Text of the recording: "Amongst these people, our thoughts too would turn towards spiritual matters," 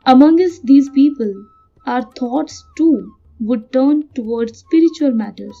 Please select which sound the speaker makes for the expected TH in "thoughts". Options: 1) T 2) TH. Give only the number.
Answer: 1